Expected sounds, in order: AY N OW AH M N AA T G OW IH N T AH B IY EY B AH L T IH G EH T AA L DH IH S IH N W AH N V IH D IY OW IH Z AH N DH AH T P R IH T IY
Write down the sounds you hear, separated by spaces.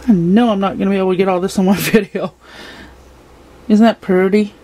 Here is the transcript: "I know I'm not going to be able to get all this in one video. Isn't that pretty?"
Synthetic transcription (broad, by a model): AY N OW AH M N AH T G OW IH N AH B IY EY AH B T IH G EH T AA L DH IH S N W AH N V IH D IY OW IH Z N DH AH T P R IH T IY